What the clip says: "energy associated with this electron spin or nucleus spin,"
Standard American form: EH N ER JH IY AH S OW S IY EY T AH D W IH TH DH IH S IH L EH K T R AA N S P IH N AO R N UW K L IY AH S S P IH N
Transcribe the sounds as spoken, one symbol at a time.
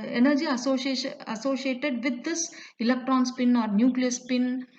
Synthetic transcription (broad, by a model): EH N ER JH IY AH S OW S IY EY T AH D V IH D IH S IH L EH K T R AA N S P IH N AO R N UW K L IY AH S S P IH N